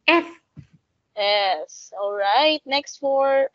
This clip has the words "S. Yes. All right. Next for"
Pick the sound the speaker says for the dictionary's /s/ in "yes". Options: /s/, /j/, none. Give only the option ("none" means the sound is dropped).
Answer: /s/